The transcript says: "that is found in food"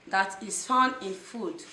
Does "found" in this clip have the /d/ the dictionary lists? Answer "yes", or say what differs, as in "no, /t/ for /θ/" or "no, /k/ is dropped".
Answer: no, /d/ is dropped